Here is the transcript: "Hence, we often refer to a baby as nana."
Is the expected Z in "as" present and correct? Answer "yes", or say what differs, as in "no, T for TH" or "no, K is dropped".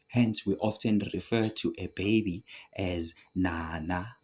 yes